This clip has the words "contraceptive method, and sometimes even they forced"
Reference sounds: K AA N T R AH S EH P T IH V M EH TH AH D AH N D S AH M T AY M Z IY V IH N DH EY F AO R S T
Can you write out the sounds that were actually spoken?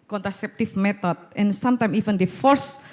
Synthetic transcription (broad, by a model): K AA N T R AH S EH P T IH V M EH T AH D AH N S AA M T AY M IY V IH N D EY F AO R S